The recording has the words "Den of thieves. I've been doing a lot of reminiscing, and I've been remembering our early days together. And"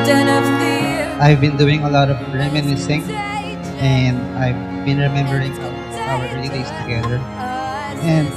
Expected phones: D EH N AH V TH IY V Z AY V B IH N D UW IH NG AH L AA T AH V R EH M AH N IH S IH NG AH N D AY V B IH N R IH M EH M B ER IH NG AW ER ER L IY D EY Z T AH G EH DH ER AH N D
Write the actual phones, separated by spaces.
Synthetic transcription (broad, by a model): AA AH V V V B IH N D UW IH NG AH L AA T AH V R EH M AH N IH S IH NG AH N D AY V B IH N R IH M EH M B ER IH NG AW ER ER L IY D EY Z T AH G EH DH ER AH N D